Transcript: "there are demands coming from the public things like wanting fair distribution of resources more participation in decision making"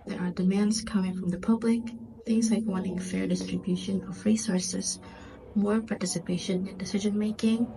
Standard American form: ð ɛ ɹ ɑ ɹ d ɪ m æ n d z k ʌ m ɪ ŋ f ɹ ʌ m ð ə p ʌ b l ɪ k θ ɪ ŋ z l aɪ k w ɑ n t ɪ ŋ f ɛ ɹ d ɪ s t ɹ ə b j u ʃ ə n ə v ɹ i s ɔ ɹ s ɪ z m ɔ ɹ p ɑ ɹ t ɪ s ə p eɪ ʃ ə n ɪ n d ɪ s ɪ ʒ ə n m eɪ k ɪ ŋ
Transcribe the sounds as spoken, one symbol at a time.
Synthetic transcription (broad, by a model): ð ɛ ɹ ɑ ɹ d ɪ m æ n d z k ʌ m ɪ ŋ f ɹ ʌ m ð ə p ʌ b l ɪ k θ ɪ ŋ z l aɪ k w ɑ n t ɪ ŋ f ɛ ɹ d ɪ s t ɹ ə b j u ʃ ə n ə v ɹ i s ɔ ɹ s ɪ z m ɔ ɹ p ɑ ɹ t ɪ s ə p eɪ ʃ ə n ɪ n d ɪ s ɪ ʒ ə n m eɪ k ɪ ŋ